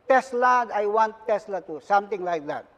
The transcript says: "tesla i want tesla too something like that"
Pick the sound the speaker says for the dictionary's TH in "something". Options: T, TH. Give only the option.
T